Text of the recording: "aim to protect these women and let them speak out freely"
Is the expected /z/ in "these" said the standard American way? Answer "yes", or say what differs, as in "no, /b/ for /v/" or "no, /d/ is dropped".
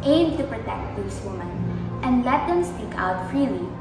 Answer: no, /s/ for /z/